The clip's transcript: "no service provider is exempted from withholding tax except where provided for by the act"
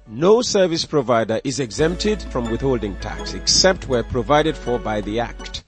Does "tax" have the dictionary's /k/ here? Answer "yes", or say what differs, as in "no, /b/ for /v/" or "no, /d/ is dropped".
yes